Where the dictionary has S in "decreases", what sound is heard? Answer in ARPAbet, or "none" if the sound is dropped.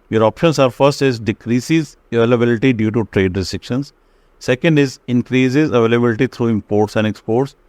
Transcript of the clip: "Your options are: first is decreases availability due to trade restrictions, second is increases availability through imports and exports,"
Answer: S